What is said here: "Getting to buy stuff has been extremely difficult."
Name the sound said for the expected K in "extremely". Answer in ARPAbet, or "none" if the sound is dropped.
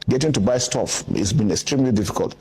K